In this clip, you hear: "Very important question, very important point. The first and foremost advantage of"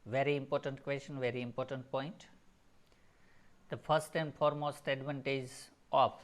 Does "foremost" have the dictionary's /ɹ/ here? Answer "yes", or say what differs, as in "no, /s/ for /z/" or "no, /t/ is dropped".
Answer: yes